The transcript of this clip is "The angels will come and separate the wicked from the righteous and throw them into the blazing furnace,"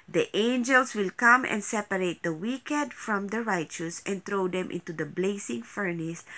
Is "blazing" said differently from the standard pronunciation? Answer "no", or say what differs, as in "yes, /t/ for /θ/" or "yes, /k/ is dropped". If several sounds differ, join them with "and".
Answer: yes, /s/ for /z/